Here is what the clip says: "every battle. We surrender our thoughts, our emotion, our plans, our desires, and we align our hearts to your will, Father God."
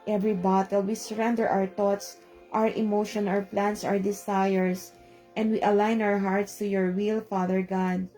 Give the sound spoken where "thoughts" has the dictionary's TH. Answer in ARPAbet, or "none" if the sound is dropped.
T